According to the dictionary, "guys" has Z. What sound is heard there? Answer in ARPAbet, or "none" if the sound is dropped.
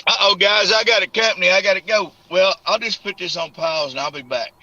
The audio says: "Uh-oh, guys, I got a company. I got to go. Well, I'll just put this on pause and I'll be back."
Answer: Z